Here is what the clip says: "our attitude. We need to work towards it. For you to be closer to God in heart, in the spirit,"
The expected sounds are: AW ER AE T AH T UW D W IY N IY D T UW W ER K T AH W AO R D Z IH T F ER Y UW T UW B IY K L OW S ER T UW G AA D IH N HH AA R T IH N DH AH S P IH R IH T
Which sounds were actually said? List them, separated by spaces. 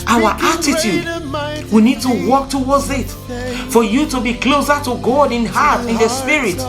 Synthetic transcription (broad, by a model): AW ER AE T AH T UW D W IY N IY D T UW W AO K T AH W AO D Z IH T F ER Y UW T UW B IY K L OW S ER T UW G AA D IH N HH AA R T IH N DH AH S P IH R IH T